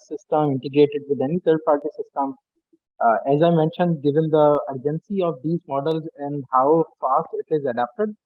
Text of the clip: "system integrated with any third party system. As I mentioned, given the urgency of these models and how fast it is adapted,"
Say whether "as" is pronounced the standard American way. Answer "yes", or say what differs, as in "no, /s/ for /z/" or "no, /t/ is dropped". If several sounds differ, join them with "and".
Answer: yes